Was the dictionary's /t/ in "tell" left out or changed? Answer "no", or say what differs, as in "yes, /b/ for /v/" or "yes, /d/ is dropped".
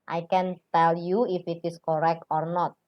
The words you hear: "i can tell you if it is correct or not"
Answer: no